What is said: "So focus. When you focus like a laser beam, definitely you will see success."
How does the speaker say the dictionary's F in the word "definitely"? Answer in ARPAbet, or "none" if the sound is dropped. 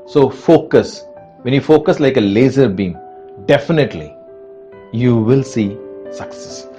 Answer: F